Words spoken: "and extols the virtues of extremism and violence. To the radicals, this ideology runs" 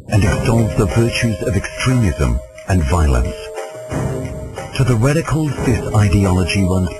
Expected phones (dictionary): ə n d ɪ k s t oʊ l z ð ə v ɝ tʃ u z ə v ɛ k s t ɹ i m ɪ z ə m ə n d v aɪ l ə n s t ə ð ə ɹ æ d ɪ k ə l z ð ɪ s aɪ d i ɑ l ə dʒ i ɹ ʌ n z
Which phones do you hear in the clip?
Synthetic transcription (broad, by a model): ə n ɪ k s t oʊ l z ð ə v ɝ tʃ u z ə v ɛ k s t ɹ i m ɪ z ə m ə n v aɪ l ə n s t ə ð ə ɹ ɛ d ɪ k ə l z ð ɪ s aɪ d i ɑ l ə dʒ i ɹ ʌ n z